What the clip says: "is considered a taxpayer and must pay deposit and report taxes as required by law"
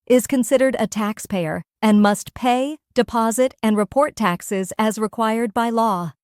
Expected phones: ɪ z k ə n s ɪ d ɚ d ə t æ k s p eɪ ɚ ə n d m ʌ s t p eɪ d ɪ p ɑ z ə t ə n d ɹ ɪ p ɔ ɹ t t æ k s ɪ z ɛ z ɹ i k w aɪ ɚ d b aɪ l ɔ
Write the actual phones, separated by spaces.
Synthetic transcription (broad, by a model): ɪ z k ə n s ɪ d ɚ d ə t æ k s p eɪ ɚ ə n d m ʌ s t p eɪ d ɪ p ɑ z ə t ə n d ɹ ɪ p ɔ ɹ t t æ k s ɪ z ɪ z ɹ i k w aɪ ɚ d b aɪ l ɔ